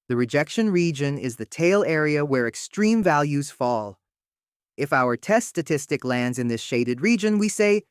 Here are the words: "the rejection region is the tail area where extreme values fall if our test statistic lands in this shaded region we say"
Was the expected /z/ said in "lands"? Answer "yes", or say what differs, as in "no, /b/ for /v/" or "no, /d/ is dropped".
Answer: yes